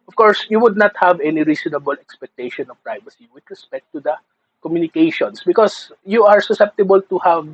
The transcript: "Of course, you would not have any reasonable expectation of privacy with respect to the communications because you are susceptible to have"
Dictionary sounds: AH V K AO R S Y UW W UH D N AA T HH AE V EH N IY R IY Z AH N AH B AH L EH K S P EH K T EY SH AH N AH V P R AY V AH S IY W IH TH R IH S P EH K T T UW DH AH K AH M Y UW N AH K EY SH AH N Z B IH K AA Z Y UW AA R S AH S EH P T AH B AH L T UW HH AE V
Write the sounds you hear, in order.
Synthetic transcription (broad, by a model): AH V K AO R S Y UW W UH D N AA T HH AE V EH N IY R IY S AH N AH B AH L EH K S P EH K T EY SH AH N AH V P R AY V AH S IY W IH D R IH S P EH K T T UW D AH K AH M Y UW N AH K EY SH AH N S B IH K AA S Y UW AA R S AH S EH P T AH B AH L T UW HH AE V